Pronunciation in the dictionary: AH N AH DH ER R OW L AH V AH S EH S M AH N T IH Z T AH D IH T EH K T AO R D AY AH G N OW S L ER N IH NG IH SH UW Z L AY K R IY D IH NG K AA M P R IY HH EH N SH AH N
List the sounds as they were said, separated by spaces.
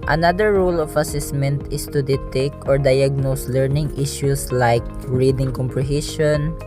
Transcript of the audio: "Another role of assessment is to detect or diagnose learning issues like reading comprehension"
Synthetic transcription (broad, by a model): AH N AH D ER R OW L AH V AH S EH S M AH N T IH S T AH D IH T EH K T AO R D AY AH G N OW S L ER N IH NG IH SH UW S L AY K R IY D IH NG K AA M P R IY HH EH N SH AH N